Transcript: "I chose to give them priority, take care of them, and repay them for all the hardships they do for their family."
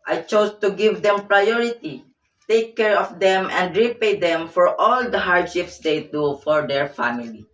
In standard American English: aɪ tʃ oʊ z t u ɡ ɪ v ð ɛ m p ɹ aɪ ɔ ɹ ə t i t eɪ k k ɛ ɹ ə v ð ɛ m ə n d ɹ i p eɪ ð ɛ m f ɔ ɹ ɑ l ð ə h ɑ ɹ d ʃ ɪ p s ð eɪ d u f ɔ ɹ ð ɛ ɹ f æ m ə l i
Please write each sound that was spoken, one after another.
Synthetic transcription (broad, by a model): aɪ tʃ oʊ s t u ɡ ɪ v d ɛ m p ɹ aɪ ɔ ɹ ə t i t eɪ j k ɛ ɹ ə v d ɛ m ə n d ɹ i p eɪ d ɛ m f ɔ ɹ ɑ l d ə h ɑ ɹ d ʃ ɪ p s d eɪ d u f ɔ ɹ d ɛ ɹ f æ m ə l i